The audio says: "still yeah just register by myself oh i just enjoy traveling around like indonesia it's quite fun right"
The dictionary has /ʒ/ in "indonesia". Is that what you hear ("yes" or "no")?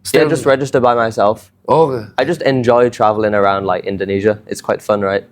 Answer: yes